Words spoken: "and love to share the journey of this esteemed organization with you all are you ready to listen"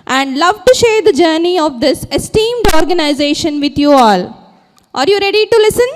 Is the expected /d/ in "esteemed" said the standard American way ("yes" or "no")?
yes